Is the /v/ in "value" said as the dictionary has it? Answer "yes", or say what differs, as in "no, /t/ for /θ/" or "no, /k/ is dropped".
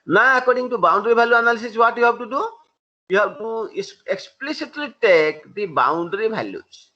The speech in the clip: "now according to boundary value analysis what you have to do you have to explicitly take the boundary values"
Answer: no, /b/ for /v/